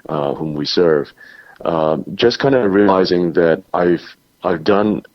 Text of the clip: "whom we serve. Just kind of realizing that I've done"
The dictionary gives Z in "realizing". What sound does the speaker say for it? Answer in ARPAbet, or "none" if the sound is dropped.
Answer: Z